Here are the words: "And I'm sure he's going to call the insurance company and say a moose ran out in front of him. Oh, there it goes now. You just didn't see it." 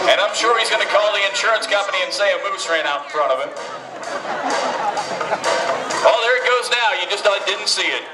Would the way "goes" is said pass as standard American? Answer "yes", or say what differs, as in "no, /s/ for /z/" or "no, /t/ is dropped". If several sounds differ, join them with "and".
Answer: yes